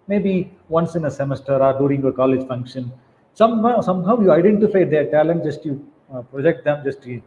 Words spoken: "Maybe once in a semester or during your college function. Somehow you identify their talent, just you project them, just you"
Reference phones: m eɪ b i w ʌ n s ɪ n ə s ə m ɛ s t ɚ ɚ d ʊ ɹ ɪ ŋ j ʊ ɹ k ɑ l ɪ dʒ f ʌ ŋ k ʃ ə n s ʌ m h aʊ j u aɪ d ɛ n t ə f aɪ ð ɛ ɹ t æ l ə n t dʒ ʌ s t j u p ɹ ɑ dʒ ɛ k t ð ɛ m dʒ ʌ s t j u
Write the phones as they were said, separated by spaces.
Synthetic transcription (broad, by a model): m eɪ b i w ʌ n s ɪ n ə s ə m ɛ s t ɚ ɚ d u ɹ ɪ ŋ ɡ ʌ k ɑ l ɪ dʒ f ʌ ŋ k ʃ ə n s ʌ m h aʊ j u aɪ d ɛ n t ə f aɪ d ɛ ɹ t æ l ə n t dʒ ʌ s t j u p ɹ ɑ dʒ ɛ k t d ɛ m dʒ ʌ s t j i